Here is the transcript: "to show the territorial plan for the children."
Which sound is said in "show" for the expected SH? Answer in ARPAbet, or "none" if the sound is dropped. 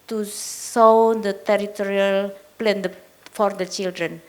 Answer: S